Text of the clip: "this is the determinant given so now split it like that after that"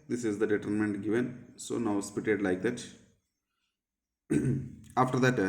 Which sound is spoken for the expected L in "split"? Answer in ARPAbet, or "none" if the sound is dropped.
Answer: none